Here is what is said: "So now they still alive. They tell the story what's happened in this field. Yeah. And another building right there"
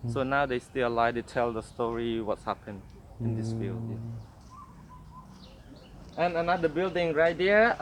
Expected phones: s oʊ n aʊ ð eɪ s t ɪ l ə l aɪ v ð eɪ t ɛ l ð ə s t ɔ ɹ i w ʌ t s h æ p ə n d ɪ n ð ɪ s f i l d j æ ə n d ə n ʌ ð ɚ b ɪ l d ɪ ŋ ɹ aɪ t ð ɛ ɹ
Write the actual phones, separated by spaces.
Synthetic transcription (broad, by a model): s oʊ n aʊ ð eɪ s t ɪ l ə l aɪ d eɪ t ɛ l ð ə s t ɔ ɹ i w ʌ t s h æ p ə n ɪ n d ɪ s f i l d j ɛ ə n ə n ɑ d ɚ b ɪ l d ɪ ŋ ɹ aɪ t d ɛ